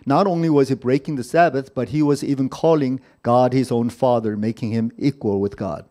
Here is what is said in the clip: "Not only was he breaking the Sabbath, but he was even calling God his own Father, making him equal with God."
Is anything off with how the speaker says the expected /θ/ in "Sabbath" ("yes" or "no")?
no